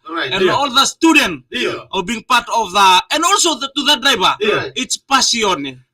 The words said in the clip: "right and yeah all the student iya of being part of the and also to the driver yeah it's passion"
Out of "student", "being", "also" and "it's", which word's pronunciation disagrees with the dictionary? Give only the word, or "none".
none